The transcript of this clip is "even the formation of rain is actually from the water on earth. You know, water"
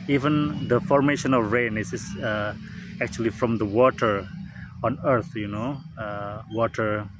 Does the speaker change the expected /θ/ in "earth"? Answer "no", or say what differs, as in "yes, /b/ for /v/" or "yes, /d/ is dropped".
yes, /t/ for /θ/